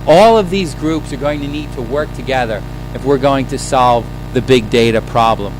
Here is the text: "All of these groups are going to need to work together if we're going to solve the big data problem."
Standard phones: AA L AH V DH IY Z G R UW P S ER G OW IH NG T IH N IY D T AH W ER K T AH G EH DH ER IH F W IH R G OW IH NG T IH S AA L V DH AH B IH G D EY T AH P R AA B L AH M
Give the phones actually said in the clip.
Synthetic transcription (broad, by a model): AA L AH V DH IY Z G R UW P S ER G OW IH NG T IH N IY D T AH W ER K T AH G EH DH ER IH F W IH R G OW IH NG T IH S AA L V DH AH B IH G D EY T AH P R AA B L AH M